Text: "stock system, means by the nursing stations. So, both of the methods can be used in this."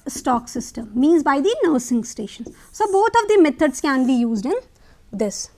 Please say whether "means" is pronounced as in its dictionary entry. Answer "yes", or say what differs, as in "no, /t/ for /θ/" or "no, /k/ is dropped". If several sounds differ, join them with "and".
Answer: yes